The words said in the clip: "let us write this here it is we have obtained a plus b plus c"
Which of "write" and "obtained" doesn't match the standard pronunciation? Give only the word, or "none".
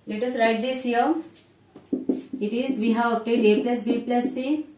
obtained